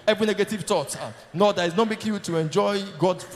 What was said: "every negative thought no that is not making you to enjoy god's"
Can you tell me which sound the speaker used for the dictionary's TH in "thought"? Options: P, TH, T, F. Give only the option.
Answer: T